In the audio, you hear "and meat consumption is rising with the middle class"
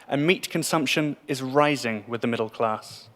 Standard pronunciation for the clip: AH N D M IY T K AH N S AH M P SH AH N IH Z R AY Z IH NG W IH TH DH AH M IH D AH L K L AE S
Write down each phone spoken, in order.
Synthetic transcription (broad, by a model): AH N M IY T K AH N S AH M P SH AH N IH Z R AY Z IH NG W IH DH AH M IH D AH L K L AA S